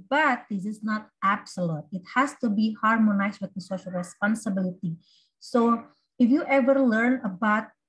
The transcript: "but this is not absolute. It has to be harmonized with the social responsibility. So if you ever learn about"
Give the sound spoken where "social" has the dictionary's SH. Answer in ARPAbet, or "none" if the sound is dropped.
SH